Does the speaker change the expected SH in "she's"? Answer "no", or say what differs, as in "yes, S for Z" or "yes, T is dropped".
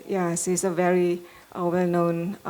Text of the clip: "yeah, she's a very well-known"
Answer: yes, S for SH